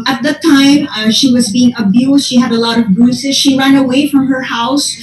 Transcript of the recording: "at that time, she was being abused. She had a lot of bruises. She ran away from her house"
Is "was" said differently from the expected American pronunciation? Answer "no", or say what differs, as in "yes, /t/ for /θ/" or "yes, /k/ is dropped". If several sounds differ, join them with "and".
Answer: no